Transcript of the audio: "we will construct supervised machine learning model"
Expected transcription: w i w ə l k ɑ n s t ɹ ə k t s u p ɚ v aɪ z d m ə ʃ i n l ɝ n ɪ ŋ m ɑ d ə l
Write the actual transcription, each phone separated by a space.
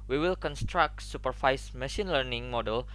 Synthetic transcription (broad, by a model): w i w ə l k ɑ n s t ɹ ə k t s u p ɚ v aɪ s m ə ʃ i n l ɝ n ɪ ŋ m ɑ d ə l